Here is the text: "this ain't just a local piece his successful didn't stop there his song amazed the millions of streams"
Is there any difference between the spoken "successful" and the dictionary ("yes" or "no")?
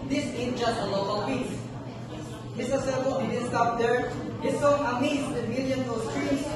yes